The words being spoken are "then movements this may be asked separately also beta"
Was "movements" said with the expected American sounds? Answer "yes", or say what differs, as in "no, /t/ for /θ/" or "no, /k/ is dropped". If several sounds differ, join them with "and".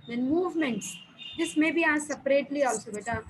yes